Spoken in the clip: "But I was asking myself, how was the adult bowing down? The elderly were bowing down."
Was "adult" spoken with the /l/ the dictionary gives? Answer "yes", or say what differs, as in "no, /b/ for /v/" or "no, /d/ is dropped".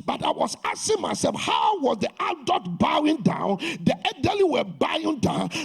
no, /l/ is dropped